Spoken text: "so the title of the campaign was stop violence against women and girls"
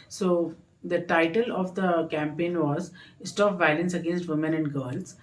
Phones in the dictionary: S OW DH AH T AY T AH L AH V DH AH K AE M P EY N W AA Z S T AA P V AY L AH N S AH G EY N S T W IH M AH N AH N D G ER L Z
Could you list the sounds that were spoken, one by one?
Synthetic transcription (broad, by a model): S OW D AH T AY T AH L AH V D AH K AE M P EY N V AA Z S T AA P V AY L AH N S AH G EY N S T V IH M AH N AH N D G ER L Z